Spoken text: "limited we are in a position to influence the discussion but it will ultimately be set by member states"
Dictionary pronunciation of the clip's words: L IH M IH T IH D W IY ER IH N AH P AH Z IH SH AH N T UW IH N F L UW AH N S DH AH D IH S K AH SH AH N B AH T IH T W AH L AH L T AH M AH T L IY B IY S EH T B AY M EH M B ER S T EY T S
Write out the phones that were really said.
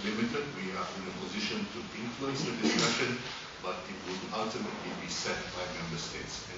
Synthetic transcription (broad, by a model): L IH M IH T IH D W IY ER IH N AH P AH Z IH SH AH N T UW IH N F L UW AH N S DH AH D IH S K AH SH AH N B AH T IH T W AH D AH L T AH M AH T L IY B IY S EH T B AY M EH M B ER S T EY T S